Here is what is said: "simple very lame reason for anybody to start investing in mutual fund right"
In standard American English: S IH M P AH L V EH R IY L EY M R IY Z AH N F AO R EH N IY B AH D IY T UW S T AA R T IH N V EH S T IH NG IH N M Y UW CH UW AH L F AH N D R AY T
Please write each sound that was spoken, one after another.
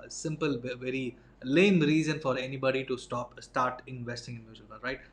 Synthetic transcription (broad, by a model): S IH M P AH L V EH R IY L EY M R IY Z AH N F AO R EH N IY B AH D IY T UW S T AA R T IH N V EH S T IH NG IH N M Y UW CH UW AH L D R AY T